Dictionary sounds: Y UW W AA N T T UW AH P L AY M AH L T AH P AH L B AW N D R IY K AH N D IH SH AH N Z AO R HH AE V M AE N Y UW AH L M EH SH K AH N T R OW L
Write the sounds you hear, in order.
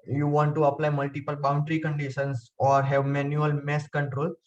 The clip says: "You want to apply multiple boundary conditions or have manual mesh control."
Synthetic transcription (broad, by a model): Y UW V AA N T T UW AH P L AY M AH L T AH P AH L B AW N D R IY K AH N D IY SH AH N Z AO R HH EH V M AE N Y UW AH L M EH S K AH N T R OW L